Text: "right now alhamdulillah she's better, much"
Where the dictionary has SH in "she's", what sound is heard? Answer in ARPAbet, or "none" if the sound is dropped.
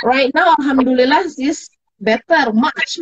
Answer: S